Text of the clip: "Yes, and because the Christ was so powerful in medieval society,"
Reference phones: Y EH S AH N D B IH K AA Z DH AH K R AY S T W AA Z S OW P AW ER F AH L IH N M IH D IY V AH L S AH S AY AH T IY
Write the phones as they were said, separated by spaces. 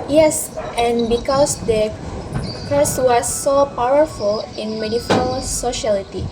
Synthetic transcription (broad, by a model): Y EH S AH N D B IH K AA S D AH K AY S W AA S OW P AW ER F AH L IH N M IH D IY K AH L S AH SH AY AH T IY